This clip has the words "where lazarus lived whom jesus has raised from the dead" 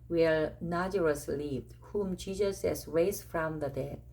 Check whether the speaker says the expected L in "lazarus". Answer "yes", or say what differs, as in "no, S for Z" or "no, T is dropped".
no, N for L